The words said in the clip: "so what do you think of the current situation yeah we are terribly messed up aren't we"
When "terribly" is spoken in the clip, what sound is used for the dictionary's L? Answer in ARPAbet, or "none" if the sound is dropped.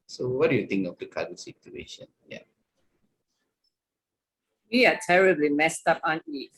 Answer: L